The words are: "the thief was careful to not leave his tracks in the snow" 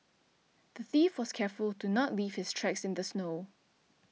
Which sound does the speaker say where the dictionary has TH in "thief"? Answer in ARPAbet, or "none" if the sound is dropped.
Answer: TH